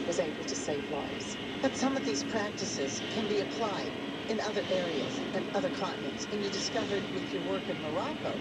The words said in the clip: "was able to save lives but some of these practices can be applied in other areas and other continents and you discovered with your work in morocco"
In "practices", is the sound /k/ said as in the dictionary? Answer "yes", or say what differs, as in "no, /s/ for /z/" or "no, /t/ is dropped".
yes